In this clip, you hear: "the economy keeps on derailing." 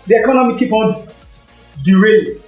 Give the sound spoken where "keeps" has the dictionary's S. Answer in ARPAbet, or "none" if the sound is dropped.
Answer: none